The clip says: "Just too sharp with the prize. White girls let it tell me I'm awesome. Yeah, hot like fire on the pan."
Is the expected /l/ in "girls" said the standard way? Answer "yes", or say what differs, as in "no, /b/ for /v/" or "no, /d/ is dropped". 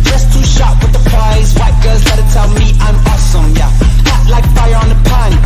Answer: no, /l/ is dropped